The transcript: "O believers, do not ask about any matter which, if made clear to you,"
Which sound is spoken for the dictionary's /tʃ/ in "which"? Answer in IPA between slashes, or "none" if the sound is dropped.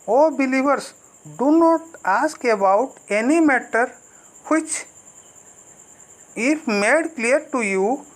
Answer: /tʃ/